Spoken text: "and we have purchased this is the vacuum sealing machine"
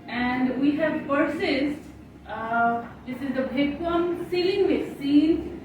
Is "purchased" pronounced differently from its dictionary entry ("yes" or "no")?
yes